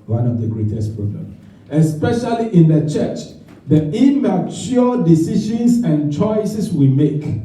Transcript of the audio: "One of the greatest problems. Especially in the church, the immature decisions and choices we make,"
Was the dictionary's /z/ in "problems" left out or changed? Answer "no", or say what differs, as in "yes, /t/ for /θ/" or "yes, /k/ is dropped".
yes, /z/ is dropped